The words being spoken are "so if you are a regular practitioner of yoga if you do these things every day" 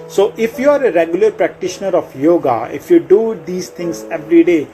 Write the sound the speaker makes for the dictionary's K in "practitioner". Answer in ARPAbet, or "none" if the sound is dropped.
K